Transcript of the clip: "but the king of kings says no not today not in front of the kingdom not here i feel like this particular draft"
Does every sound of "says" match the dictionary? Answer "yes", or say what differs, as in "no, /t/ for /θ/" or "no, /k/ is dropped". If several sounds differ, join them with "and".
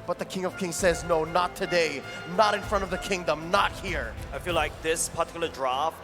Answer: yes